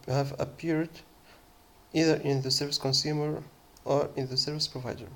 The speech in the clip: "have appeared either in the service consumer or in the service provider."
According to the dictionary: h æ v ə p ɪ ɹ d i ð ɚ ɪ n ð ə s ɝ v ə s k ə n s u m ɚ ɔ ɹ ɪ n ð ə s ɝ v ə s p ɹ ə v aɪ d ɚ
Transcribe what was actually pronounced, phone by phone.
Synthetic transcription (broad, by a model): h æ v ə p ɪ ɹ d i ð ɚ ɪ n ð ə s ɝ v ə s k ə n s u m ɚ ɔ ɹ ɪ n ð ə s ɝ v ə s p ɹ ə v aɪ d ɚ